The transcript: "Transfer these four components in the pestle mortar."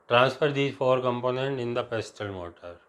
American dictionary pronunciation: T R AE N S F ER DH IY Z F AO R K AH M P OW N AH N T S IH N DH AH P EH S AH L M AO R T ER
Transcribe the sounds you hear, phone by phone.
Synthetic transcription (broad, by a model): T R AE N S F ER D IY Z F AO R K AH M P OW N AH N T IH N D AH P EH S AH L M AO T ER